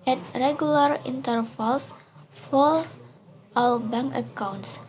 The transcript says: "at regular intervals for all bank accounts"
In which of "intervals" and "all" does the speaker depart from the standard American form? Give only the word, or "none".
intervals